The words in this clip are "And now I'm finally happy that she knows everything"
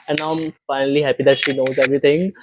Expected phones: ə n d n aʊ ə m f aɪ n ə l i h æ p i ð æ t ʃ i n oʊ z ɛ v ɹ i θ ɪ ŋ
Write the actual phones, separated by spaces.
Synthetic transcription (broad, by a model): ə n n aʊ ə m f aɪ n ə l i h æ p i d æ t ʃ i n oʊ z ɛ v ɹ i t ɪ ŋ